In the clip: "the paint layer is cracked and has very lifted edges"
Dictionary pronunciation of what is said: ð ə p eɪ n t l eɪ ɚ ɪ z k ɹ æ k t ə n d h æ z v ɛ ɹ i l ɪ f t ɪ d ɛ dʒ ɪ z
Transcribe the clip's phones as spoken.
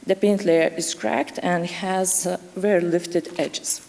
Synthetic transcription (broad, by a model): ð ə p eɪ n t l eɪ ɚ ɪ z k ɹ æ k t ə n d h æ z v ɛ ɹ l ɪ f t ɪ d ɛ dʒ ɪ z